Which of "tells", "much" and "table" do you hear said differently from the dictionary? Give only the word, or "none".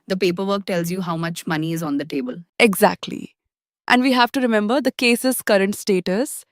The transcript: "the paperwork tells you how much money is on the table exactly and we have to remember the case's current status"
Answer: none